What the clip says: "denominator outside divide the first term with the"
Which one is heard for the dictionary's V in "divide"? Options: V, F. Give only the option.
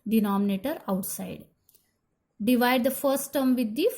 V